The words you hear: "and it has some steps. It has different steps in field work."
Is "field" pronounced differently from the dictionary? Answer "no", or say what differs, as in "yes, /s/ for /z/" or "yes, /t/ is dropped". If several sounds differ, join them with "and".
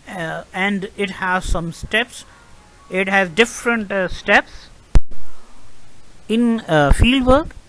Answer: no